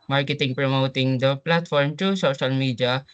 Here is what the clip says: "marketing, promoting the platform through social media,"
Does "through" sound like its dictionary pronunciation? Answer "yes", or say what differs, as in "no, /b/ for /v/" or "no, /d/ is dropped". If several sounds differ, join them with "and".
no, /t/ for /θ/